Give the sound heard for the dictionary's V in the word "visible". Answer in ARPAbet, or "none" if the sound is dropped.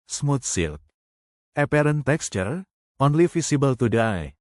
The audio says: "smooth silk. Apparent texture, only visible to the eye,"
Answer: F